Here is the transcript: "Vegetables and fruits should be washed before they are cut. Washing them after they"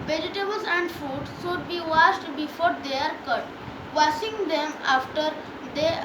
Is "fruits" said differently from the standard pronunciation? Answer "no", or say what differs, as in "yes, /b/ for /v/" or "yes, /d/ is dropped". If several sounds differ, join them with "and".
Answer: yes, /ɹ/ is dropped